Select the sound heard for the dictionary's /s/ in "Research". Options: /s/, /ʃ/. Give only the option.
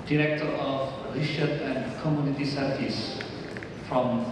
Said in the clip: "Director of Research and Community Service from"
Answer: /ʃ/